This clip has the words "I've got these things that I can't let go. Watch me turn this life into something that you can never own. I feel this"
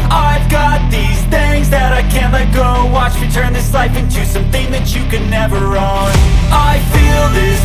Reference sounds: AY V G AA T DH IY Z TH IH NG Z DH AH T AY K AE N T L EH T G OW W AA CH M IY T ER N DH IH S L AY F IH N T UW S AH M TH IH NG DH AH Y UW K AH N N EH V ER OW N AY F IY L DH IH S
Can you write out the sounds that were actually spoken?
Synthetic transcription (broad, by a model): AY V G AA T DH IY Z TH IH NG Z DH AH T AY K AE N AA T G OW W AA CH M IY T ER N DH IH S L AY F IH N T UW S AH M TH IH NG DH AH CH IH K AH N N EH V ER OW N AY F IY L DH IH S